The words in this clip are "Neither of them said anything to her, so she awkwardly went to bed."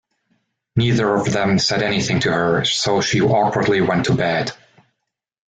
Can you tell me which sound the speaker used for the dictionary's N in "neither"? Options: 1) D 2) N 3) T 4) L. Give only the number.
2